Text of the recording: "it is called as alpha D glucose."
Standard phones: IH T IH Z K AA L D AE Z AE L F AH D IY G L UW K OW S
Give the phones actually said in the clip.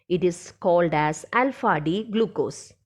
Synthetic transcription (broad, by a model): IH T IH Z K AA L D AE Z AE L F AH D IY G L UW K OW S